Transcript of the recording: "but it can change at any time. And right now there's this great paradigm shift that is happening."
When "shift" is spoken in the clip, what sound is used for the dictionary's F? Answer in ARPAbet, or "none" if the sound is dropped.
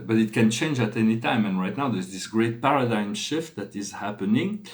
F